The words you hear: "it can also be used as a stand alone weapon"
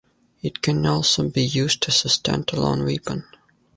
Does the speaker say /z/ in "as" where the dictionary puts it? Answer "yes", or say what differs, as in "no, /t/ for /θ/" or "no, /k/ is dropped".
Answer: no, /s/ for /z/